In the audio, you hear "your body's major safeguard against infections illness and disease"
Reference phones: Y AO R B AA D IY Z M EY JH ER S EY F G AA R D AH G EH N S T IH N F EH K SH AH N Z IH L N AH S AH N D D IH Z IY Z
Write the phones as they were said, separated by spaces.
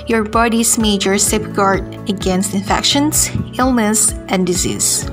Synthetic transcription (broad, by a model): Y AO R B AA D IY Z M EY JH ER S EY P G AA R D AH G EH N S T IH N F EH K SH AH N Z IH L N AH S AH N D D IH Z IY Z